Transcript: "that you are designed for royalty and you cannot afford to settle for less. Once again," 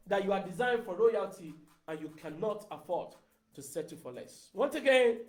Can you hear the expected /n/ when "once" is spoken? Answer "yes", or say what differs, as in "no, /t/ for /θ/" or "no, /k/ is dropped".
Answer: yes